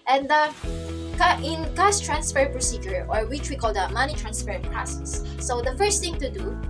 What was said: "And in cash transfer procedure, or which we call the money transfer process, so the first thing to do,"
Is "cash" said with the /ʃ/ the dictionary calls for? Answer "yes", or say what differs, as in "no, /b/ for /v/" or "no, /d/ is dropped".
no, /s/ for /ʃ/